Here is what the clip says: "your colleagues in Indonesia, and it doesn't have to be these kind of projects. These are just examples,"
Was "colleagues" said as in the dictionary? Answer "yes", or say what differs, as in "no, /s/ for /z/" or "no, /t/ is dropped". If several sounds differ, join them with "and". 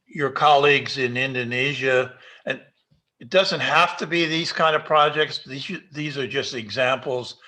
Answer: yes